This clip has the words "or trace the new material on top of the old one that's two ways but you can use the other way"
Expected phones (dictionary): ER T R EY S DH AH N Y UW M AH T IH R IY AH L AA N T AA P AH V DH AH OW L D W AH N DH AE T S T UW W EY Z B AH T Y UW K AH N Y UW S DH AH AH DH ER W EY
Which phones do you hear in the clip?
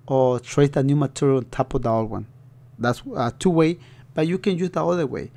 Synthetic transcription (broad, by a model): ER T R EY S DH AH N Y UW M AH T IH R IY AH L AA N T AA P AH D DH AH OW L W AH N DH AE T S T UW W EY B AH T Y UW K AH N Y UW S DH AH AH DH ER W EY